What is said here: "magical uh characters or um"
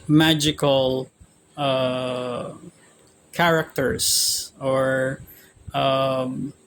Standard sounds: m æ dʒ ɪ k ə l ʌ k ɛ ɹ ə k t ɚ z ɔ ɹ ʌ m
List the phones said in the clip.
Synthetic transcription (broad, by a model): m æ dʒ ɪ k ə l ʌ k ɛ ɹ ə k t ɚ s ɔ ɹ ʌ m